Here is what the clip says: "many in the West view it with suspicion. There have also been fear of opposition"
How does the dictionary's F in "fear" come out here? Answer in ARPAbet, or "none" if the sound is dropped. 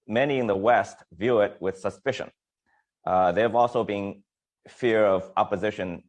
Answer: F